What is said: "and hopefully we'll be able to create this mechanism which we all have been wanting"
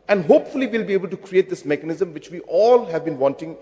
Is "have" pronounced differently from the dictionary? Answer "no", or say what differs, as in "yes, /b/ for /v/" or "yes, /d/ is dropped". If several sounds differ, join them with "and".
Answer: no